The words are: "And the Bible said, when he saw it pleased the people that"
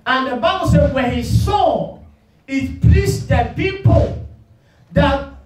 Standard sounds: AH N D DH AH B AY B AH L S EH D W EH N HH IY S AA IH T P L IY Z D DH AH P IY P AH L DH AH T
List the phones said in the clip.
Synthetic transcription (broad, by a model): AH N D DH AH B AY B AH L S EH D W EH N HH IY S AA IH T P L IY S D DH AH P IY P AH L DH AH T